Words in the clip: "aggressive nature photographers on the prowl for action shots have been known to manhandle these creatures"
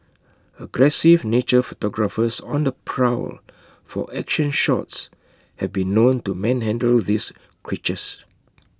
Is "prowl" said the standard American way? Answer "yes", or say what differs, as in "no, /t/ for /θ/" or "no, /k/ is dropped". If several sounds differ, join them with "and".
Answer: yes